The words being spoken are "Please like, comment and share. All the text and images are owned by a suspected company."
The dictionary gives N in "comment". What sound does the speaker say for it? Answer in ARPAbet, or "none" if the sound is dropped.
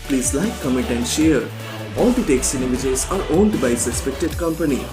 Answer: none